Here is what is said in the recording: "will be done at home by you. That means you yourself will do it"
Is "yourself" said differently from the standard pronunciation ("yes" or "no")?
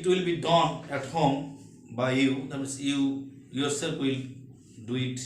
yes